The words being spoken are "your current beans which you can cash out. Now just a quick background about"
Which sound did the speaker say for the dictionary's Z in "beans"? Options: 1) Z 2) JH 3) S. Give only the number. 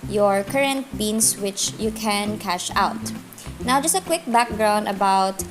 3